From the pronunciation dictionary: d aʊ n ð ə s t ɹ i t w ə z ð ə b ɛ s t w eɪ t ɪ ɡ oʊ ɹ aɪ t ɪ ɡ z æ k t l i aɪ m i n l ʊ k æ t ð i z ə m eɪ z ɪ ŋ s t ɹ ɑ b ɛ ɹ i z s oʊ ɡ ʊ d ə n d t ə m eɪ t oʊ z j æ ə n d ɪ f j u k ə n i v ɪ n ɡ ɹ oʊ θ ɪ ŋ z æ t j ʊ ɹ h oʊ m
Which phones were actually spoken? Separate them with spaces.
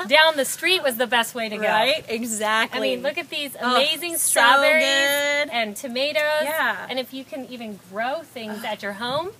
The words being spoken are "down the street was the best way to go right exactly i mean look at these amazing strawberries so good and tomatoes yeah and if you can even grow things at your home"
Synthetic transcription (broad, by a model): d aʊ n ð ə s t ɹ i t w ə z ð ə b ɛ s t w eɪ t ɪ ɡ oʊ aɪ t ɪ ɡ z æ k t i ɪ m i n l ʊ k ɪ t ð i z ə m eɪ z ɪ ŋ s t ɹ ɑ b ɛ ɹ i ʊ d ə n t ə m eɪ t oʊ z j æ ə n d ɪ f j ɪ k ə n i v ɪ n ɡ ɹ oʊ θ ɪ ŋ z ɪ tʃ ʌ ɹ h oʊ m